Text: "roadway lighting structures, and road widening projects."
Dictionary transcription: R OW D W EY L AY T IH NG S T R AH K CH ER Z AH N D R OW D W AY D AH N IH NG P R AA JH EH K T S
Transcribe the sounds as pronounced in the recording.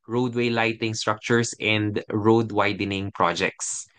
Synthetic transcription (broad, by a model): R OW D W EY L AY T IH NG S T R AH K CH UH S AH N D R OW D W AY D AH N IH NG P R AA JH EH K T S